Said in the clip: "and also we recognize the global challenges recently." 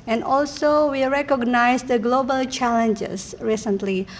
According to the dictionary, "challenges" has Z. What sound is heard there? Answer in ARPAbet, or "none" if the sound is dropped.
S